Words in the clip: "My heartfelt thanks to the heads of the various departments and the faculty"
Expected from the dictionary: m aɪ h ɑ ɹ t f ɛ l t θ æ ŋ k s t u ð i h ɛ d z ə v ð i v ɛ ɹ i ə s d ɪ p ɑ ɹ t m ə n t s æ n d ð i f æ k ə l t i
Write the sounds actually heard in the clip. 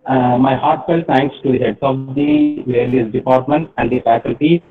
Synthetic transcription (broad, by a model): m aɪ h ɑ ɹ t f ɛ l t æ ŋ k s t u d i h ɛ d s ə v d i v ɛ l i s d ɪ p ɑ ɹ t m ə n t æ n d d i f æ k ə l t i